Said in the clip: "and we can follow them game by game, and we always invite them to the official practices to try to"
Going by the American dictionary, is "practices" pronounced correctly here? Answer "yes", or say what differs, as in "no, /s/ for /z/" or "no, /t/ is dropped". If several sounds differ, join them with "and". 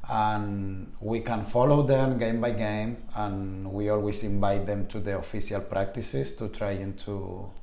no, /s/ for /z/